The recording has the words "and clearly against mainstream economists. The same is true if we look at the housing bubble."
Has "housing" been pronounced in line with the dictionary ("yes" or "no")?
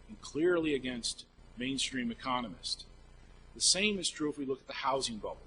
yes